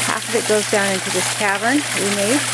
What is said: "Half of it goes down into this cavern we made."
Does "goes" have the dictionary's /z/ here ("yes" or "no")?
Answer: yes